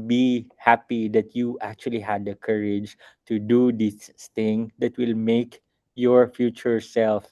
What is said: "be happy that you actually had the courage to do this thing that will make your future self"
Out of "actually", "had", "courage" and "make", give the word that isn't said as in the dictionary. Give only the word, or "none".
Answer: none